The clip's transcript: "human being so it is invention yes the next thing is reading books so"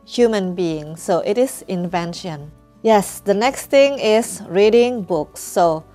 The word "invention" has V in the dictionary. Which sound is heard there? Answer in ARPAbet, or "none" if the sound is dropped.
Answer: V